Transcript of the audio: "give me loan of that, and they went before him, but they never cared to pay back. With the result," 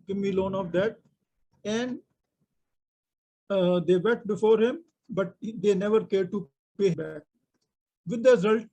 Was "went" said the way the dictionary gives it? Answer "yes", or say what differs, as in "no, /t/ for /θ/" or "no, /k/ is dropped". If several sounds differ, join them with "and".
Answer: no, /n/ is dropped